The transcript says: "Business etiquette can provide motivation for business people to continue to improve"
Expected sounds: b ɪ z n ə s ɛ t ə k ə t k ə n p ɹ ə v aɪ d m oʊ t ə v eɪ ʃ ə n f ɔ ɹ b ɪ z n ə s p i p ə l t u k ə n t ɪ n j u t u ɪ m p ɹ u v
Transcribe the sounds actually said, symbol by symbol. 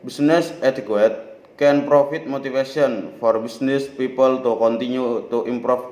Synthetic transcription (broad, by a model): b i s n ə s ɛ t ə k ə t k ə n p ɹ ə f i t m oʊ t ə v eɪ s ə n f ɔ ɹ b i s n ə s p i p ə l t u k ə n t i n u t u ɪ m p ɹ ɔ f